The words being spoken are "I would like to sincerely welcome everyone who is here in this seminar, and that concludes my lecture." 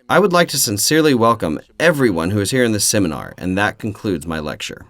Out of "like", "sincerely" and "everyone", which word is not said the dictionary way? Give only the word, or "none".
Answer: none